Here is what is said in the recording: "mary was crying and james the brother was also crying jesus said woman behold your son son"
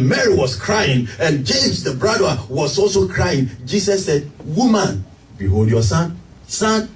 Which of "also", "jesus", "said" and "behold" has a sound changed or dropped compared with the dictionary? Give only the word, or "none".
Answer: jesus